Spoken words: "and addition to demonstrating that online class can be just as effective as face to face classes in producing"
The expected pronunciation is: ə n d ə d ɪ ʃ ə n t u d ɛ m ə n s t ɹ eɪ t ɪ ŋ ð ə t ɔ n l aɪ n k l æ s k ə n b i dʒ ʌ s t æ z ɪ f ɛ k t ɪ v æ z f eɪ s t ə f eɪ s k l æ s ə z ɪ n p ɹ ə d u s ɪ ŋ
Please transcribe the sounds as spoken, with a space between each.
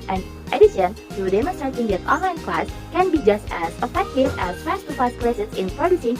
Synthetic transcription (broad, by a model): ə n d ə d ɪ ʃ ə n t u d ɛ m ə s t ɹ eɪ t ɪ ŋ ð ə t ɔ n l aɪ n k l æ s k ə n b i dʒ ʌ s t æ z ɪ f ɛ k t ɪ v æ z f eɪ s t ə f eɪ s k l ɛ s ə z ɪ n p ɹ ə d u s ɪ ŋ